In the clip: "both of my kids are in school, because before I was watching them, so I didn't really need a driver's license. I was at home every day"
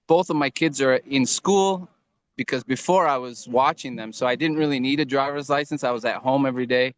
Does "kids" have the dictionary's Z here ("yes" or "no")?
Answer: yes